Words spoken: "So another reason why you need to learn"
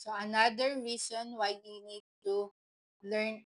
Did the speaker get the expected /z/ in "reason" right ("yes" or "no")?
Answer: no